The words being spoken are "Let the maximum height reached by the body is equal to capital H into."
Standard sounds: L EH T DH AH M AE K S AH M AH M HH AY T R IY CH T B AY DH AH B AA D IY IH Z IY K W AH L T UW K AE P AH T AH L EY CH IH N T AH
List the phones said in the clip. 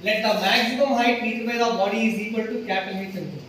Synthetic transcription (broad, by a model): L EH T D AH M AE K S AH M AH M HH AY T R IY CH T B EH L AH B AA D IY IH Z IY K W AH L T UW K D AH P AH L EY S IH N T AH